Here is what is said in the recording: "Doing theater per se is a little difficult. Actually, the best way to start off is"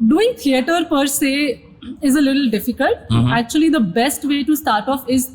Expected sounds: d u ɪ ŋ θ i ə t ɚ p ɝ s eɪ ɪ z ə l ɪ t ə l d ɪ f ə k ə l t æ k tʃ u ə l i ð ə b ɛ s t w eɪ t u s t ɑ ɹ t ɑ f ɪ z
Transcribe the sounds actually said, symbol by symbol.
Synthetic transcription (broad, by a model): d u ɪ ŋ t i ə t ɚ p ɝ s eɪ ɪ z ə l ɪ t ə l d ɪ f ə k ə l t æ k tʃ u ə l i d ə b ɛ s t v eɪ t u s t ɑ ɹ t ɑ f ɪ z